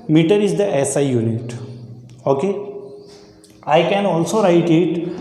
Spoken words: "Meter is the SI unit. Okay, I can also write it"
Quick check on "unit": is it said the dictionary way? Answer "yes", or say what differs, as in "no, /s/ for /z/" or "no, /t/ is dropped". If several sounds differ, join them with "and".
yes